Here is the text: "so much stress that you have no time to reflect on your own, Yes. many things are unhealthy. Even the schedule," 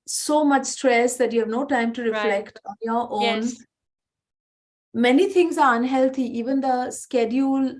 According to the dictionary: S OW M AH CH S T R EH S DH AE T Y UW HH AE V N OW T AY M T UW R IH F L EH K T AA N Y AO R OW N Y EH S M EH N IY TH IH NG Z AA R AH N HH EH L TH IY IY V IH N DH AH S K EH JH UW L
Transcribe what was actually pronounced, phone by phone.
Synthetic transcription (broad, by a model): S OW M AH CH S T R EH S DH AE T Y UW HH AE V N OW T AY M T UW R IH F L EH K T AA N Y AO R OW N M EH N IY T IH NG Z AA R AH N HH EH L T IY IY V IH N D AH S K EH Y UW L